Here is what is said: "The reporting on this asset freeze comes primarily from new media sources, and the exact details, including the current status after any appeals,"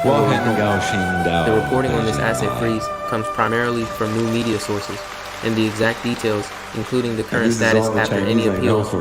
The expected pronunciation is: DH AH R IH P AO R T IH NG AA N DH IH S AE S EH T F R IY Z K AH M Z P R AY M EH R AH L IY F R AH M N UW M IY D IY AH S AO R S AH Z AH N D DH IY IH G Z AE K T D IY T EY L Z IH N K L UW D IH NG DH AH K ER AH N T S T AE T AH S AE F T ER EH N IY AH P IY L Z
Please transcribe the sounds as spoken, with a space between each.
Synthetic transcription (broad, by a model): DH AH R IH P AO R T IH NG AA N DH IH S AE S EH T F R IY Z K AH M Z P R AY M EH R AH L IY F R AH M N UW M IY D IY AH S AO R S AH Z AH N DH IY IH G Z AE K D IY T EY L Z IH N K L UW D IH NG DH AH K ER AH N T S T AE T AH S AE F T ER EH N IY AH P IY L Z